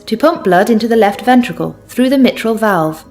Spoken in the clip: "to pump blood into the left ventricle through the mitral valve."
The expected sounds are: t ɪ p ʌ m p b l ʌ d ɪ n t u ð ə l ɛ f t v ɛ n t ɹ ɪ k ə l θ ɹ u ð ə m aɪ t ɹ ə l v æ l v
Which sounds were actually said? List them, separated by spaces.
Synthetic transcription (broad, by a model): t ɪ p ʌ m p b l ʌ d ɪ n t u ð ə l ɛ f t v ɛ n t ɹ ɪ k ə l θ ɹ u ð ə m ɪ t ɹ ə l v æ l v